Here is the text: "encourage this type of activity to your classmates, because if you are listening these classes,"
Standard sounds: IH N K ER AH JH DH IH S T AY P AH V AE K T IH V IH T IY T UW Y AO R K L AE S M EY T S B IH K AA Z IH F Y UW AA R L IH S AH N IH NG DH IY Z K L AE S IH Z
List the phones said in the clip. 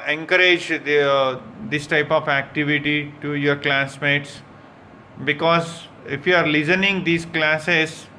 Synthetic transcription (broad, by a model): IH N K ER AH JH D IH S T AY P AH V AE K T IH V IH T IY T UW Y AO R K L AE S M EY T S B IH K AA Z IH F Y UW AA R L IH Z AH N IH NG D IY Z K L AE S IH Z